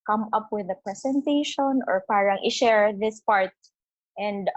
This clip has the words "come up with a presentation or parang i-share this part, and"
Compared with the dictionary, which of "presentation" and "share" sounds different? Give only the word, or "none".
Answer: presentation